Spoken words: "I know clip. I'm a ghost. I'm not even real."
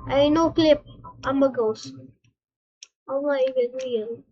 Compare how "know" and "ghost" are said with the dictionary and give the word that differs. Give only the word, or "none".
ghost